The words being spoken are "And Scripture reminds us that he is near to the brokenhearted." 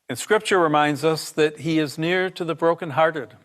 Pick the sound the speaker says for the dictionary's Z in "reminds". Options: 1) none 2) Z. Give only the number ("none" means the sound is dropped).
2